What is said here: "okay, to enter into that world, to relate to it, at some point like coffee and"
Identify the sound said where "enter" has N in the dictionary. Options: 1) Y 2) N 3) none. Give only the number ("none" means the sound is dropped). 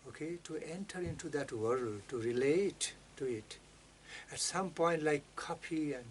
2